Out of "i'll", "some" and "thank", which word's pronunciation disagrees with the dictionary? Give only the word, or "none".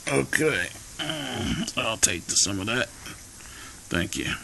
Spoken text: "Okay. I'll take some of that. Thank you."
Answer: none